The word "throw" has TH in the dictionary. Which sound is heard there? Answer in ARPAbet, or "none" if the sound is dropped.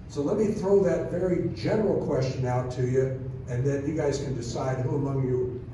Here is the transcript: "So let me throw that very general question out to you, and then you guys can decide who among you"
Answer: TH